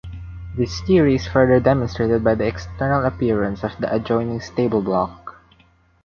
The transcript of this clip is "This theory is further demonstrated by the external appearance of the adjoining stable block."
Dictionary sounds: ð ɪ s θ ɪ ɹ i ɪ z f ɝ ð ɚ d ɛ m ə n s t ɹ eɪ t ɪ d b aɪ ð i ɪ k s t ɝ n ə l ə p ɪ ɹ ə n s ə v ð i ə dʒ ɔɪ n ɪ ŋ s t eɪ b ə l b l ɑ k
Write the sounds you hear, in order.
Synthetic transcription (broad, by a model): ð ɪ s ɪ ɹ i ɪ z f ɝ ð ɚ d ɛ m ə n s t ɹ eɪ t ɪ d b aɪ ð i ɪ k s t ɝ n ə l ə p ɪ ɹ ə n s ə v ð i ə dʒ ɔɪ n ɪ ŋ s t eɪ b ə l b l ɑ k